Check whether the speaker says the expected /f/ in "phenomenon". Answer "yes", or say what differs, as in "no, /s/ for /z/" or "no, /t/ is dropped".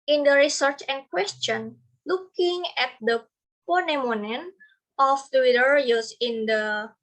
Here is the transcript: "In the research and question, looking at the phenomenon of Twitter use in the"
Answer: no, /p/ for /f/